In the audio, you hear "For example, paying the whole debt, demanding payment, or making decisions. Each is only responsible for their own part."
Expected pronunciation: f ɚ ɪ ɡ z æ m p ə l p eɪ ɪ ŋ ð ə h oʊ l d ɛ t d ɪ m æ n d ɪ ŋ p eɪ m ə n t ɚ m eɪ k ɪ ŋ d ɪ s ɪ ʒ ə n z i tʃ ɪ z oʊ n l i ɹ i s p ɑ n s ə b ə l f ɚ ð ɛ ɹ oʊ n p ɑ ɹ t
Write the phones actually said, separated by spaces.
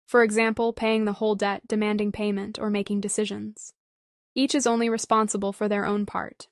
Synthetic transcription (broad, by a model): f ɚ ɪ ɡ z æ m p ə l p eɪ ɪ ŋ ð ə h oʊ l d ɛ t d ɪ m æ n d ɪ ŋ p eɪ m ə n t ɚ m eɪ k ɪ ŋ d ɪ s ɪ ʒ ə n z i tʃ ɪ z oʊ n l i ɹ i s p ɑ n s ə b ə l f ɚ ð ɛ ɹ oʊ n p ɑ ɹ t